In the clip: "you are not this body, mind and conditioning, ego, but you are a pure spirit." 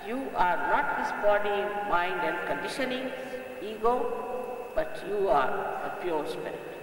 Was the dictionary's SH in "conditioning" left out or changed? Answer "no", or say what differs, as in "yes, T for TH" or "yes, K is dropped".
no